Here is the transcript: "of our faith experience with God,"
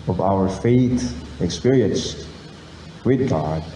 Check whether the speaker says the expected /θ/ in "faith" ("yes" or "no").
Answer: no